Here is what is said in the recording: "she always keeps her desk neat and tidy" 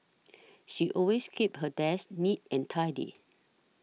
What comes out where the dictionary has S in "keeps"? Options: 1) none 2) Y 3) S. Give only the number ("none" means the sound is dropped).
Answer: 1